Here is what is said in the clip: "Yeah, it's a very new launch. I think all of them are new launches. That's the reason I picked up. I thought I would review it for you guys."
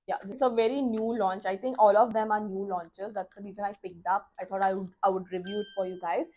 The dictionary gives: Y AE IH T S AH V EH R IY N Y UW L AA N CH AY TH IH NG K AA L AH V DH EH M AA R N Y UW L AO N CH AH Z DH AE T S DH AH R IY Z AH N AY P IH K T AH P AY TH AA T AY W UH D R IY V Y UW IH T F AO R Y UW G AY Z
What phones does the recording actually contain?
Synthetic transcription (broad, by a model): Y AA IH T S AH V EH R IY N Y UW L AA N CH AY T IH NG K AA L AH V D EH M AA R N Y UW L AO N CH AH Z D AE T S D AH R IY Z AH L AY P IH K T AH P AY T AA T AY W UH D R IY V Y UW IH T F AO R Y UW G AY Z